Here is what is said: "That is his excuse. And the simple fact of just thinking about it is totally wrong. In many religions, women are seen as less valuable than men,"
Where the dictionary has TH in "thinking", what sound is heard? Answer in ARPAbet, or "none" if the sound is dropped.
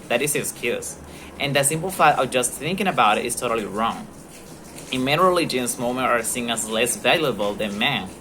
TH